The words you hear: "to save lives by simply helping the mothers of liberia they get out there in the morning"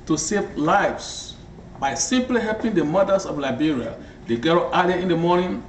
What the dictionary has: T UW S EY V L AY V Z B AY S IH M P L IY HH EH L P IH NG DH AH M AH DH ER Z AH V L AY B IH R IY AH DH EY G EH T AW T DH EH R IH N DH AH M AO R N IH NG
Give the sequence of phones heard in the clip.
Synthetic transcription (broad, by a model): T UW S EY V L AY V S B AY S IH M P L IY HH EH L P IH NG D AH M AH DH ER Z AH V L AY B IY R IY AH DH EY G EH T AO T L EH IH N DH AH M AO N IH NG